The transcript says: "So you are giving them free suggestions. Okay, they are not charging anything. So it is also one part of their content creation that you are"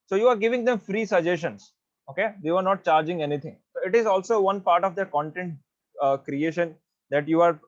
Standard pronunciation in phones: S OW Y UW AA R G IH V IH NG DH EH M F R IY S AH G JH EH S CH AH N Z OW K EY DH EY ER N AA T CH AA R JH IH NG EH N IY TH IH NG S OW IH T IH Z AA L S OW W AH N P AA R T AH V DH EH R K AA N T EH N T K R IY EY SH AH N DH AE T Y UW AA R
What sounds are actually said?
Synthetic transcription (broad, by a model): S OW Y UW AA R G IH V IH NG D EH M F R IY S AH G JH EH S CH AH N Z OW K EY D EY ER N AA T CH AA R JH IH NG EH N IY T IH NG S OW IH T IH Z AA L S OW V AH N P AA R T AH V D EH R K AA N T EH N T K R IY EY SH AH N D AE T Y UW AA R